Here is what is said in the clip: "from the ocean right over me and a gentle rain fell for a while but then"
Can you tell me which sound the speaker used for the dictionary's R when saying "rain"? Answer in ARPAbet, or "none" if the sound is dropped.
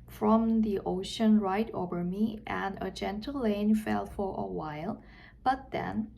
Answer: L